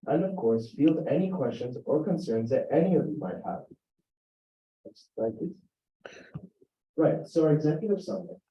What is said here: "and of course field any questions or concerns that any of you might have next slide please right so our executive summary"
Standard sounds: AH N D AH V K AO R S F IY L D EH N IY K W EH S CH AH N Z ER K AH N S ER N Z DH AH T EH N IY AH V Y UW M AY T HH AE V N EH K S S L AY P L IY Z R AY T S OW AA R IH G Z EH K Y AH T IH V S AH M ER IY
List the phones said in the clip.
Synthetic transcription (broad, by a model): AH N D AH V K AO R S F IY L D EH N IY K W EH S CH AH N Z ER K AH N S ER N Z DH AH T EH N IY AH V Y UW M AY T HH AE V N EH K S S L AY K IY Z R AY T S OW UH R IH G Z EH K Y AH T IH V S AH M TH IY